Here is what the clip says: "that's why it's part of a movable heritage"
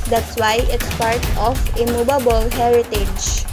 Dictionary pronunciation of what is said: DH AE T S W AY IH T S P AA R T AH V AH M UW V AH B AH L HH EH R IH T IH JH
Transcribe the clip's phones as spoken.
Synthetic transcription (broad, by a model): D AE T S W AY IH T S P AA R T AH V AH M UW B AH B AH L HH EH R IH T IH JH